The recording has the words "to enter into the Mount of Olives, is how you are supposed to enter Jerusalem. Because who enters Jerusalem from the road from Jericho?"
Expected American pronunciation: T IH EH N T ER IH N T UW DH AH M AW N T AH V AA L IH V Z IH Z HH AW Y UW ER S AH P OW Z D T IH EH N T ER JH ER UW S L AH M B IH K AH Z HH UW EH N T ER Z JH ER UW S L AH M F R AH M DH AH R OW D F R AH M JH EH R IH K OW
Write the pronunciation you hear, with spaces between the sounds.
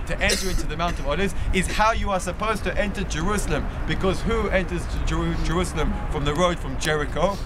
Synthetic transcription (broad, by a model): T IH EH N T ER IH N T UW DH AH M AW N T AH V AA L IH Z IH Z HH AW Y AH ER S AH P OW Z T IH EH N T ER JH ER UW S L AH M B IH K AH Z HH UW EH N T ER Z JH ER UW S L AH M F R AH M DH AH R OW D F R AH M JH EH R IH K OW